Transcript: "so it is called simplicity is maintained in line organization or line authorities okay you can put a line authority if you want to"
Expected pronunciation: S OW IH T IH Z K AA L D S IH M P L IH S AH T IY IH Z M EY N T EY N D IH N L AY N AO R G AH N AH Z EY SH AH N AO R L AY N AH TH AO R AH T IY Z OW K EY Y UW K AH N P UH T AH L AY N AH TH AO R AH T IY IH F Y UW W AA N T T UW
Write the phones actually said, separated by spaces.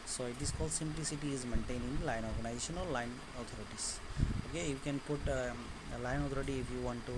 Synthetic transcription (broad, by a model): S OW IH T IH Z K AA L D S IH M P L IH S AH T IY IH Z M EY N T EY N IH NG L AY N AO R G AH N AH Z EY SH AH N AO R L AY N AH T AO R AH T IY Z OW K EY Y UW K AH N P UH T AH L AY N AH T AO R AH T IY IH F Y UW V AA N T T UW